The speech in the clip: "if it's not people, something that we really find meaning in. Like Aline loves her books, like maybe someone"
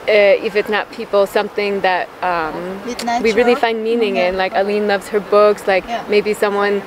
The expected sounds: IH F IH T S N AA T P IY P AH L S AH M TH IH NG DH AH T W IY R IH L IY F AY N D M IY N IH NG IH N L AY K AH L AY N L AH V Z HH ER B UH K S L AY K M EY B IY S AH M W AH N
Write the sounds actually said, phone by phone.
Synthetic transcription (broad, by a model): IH F IH T S N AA T P IY P L S AH M TH IH NG DH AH T W IY R IH L IY F AY N D M IY N IH NG IH N L AY K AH L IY N L AH V Z HH ER B UH K S L AY K M EY B IY S AH M W AH N